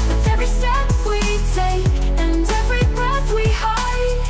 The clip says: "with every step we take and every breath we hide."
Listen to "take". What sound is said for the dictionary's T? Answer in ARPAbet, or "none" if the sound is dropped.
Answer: S